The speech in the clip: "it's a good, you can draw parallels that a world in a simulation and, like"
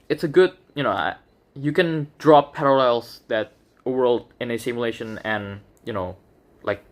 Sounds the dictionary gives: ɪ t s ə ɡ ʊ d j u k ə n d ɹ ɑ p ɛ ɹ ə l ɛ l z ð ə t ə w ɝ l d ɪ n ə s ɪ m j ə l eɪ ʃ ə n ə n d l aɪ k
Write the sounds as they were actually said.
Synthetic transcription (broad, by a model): ɪ t s ə ɡ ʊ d j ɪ k ə n d ɹ ɑ p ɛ ɹ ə l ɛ l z ð ə t ə w ɝ l d ɪ n ə s ɪ m j ə l eɪ ʃ ə n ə n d l aɪ k